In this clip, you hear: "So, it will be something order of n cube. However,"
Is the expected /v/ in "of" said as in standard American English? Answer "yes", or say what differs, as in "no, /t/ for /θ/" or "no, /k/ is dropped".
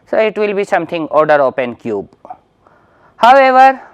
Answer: no, /p/ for /v/